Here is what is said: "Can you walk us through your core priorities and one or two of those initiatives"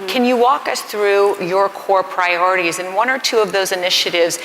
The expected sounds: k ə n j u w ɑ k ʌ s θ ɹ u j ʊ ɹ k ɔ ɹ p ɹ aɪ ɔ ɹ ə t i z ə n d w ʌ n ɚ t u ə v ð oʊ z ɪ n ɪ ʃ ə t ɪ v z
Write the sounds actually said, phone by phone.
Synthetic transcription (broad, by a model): k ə n j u w ɑ k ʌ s θ ɹ u j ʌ ɹ k ɔ ɹ p ɹ aɪ ɔ ɹ ə t i z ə n w ʌ n ɚ t u ə v ð oʊ z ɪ n ɪ ʃ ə t ɪ v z